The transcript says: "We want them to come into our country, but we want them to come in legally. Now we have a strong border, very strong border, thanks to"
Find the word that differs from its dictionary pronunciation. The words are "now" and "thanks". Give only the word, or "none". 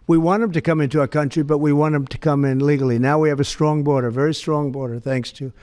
none